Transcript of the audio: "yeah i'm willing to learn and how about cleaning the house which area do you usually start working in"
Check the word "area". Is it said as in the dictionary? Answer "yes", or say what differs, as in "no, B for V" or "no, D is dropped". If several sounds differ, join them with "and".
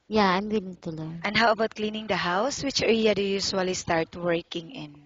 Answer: no, L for R